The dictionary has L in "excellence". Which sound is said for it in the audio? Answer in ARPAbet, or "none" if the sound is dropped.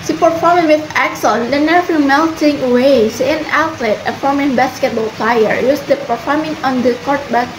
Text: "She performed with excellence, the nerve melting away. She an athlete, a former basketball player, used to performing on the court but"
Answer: none